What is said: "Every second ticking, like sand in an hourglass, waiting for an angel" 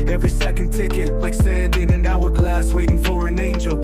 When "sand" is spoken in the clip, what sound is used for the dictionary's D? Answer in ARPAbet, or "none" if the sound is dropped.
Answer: D